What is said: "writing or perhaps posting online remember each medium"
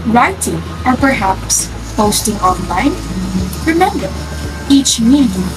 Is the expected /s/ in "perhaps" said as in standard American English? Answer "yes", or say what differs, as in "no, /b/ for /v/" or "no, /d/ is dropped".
yes